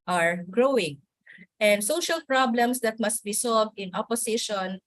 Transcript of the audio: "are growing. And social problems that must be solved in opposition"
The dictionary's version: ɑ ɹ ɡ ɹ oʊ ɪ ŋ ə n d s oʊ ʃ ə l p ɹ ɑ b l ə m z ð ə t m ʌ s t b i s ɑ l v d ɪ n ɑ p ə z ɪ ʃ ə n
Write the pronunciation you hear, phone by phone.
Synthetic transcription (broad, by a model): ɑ ɹ ɡ ɹ oʊ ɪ ŋ ə n d s oʊ ʃ ə l p ɹ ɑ b l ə m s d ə t m ʌ s t b i s ɑ l v d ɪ n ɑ p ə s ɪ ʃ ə n